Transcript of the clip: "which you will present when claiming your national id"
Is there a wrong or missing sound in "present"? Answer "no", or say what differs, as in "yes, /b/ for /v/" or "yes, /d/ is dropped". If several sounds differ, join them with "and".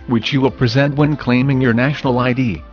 no